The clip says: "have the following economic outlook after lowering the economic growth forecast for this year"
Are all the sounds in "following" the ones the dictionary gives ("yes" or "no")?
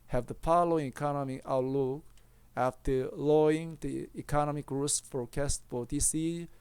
no